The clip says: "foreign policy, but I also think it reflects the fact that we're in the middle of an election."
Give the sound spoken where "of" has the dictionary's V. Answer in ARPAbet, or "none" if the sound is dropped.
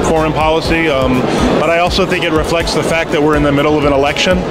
V